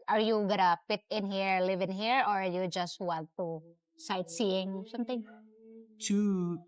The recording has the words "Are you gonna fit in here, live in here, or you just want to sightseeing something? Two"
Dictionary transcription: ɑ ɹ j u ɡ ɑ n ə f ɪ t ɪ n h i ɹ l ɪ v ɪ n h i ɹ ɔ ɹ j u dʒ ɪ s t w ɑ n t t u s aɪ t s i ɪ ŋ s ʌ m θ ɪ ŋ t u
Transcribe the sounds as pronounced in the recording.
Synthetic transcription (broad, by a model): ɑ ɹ j u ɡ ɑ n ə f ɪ t ɪ n h i ɹ l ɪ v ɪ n h i ɹ ɔ ɹ j u dʒ ɪ s t w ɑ n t t u s aɪ t s i ɪ ŋ s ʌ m t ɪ ŋ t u